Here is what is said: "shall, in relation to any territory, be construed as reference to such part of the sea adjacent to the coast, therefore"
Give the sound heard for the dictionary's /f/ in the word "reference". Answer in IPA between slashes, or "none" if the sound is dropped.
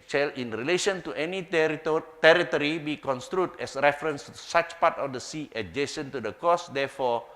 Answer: /f/